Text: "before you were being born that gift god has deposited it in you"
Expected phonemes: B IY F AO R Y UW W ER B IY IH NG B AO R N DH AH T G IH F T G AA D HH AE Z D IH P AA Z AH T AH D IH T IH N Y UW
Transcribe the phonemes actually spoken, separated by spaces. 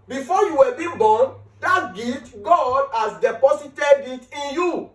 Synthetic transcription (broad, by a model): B IY F AO Y UW W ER B IY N B AO N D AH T G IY T G AA D HH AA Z D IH P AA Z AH T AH D IH T IH N Y UW